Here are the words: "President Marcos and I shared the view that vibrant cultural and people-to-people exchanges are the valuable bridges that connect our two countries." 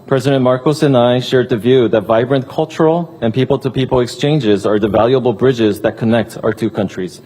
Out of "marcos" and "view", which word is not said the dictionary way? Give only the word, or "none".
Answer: none